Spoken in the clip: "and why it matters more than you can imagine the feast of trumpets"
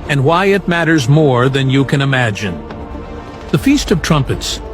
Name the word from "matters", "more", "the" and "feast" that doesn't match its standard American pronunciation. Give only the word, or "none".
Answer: none